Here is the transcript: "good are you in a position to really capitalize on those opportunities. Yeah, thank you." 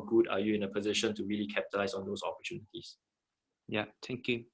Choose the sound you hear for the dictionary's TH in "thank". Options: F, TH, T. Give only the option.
T